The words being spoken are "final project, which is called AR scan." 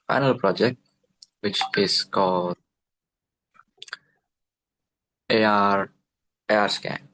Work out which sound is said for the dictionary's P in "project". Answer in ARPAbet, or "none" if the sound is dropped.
P